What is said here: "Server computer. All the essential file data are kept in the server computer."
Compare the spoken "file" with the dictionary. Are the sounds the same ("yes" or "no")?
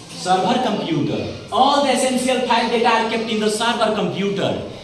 no